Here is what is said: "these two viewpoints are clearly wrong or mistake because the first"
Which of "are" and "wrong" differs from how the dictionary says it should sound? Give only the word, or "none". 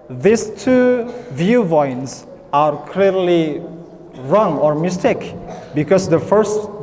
none